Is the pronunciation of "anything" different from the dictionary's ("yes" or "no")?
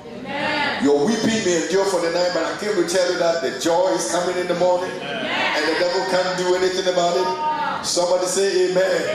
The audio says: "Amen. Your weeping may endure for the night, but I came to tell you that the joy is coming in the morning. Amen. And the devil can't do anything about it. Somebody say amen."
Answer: no